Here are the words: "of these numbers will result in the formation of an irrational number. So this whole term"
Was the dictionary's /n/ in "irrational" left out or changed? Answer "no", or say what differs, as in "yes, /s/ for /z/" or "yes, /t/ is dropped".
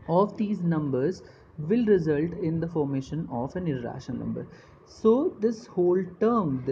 yes, /n/ is dropped